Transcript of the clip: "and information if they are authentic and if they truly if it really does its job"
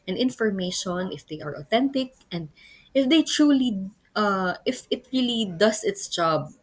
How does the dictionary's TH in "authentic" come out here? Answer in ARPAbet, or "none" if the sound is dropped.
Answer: T